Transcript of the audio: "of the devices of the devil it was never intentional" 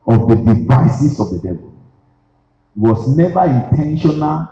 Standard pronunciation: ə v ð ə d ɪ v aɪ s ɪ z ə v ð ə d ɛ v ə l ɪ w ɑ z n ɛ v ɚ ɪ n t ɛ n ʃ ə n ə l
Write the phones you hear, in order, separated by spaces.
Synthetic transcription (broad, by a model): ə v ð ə d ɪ v aɪ s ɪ s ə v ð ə d ɛ v ə l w ɑ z n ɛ v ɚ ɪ n t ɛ n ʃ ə n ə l